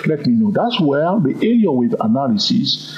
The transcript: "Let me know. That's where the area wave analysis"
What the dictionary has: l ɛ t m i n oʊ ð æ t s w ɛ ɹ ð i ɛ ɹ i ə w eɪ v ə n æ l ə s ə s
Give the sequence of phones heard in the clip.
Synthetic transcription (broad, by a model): l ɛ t m i n oʊ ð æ t s w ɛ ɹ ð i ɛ l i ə w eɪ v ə n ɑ l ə s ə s